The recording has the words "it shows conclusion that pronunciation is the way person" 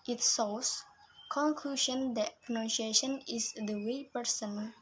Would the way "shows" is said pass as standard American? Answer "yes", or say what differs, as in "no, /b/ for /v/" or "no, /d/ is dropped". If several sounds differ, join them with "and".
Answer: no, /s/ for /ʃ/ and /s/ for /z/